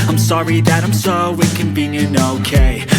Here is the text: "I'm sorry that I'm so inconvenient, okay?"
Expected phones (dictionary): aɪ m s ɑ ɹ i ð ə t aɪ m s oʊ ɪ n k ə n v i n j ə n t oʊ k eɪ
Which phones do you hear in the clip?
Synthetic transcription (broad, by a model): aɪ m s ɑ ɹ i ð ə t aɪ m s oʊ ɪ k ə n b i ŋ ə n oʊ k eɪ